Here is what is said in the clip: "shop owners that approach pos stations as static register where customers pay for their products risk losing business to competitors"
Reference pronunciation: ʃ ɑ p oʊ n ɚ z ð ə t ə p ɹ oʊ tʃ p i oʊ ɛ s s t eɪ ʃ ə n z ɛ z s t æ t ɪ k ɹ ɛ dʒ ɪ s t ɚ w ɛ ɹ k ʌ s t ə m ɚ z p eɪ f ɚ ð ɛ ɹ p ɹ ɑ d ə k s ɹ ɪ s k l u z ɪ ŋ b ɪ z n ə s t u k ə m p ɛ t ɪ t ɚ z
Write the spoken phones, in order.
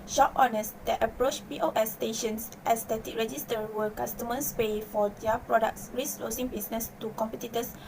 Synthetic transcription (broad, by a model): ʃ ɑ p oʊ n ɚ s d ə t ə p ɹ oʊ tʃ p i oʊ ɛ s s t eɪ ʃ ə n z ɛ s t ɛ t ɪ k ɹ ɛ dʒ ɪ s t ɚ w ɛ l k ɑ s t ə m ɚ s p eɪ f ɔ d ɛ p ɹ ɑ d ə k s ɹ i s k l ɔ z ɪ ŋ b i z n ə s t u k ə m p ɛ t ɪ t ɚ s